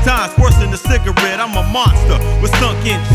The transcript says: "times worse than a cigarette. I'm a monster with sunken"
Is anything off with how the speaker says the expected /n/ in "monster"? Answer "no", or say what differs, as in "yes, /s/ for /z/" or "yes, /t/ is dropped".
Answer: no